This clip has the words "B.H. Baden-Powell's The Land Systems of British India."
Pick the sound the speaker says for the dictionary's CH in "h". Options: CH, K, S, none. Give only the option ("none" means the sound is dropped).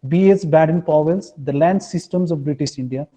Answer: S